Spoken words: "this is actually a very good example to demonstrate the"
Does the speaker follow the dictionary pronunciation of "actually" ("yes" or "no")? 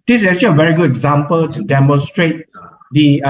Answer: no